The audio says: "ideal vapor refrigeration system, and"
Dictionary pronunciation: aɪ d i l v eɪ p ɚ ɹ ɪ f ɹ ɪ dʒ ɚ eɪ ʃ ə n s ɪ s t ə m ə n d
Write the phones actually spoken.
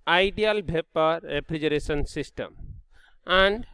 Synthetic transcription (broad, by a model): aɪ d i l b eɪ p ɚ ɹ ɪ p ɹ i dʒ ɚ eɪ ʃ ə n s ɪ s t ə m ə n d